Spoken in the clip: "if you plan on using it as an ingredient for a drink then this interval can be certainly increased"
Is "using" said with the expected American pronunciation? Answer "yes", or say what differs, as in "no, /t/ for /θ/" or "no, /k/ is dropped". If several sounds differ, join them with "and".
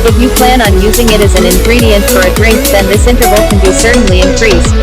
yes